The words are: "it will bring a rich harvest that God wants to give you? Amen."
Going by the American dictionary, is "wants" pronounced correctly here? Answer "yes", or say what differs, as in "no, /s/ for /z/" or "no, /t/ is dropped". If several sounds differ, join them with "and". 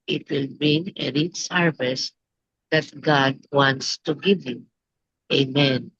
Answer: yes